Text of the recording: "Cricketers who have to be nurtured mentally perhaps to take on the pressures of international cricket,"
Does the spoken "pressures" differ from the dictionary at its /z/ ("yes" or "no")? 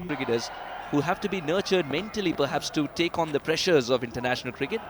no